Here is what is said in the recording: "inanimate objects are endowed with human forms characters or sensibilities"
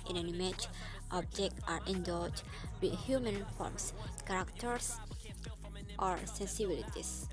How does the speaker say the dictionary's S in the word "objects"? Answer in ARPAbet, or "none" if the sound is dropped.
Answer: none